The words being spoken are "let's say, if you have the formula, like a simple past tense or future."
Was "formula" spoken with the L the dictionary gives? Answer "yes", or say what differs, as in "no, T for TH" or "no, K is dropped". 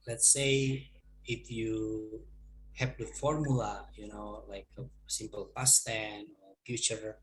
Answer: no, N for L